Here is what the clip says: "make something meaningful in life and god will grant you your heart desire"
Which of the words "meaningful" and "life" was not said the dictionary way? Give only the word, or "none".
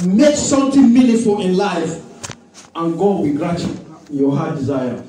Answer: meaningful